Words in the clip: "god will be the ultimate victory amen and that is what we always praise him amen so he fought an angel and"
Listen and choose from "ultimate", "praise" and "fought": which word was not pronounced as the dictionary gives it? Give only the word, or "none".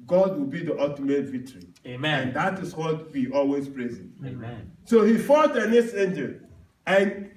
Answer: ultimate